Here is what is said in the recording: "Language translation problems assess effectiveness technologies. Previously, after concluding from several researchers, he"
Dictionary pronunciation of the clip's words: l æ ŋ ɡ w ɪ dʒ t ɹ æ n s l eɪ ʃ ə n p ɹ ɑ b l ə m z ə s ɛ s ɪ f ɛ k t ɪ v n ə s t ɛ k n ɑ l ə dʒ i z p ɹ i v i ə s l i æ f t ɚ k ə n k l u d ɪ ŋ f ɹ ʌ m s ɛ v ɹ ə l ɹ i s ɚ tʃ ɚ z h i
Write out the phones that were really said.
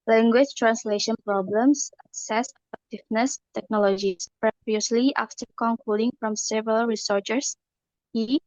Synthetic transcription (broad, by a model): l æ ŋ ɡ w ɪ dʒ t ɹ æ n s l eɪ ʃ ə n p ɹ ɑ b l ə m s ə s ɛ s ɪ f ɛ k t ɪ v n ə s t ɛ k n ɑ l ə dʒ i s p ɹ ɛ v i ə s l i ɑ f t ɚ k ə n k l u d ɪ ŋ f ɹ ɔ m s ɛ v ɹ ə l ɹ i s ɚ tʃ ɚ s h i